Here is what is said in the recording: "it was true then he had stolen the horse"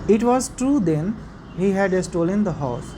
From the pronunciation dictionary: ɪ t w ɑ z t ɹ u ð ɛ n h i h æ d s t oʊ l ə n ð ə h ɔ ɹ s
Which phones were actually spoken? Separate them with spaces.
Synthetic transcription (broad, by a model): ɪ t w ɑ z t ɹ u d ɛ n h i h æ d s t oʊ l ə n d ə h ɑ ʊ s